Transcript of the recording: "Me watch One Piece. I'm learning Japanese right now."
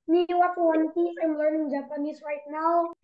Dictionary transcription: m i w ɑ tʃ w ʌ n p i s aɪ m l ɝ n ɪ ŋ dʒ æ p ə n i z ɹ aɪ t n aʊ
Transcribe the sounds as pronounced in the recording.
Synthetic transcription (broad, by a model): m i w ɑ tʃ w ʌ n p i aɪ m l ɝ n ɪ ŋ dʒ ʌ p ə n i s ɹ aɪ t n aʊ